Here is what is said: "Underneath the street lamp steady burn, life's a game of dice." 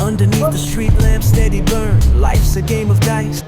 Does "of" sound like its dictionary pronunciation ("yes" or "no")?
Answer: yes